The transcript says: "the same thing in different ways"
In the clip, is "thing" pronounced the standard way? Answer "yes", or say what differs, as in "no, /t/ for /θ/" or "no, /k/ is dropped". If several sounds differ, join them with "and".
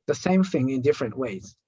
yes